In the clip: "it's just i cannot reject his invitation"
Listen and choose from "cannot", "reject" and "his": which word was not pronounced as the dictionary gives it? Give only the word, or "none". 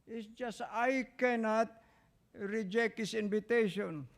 his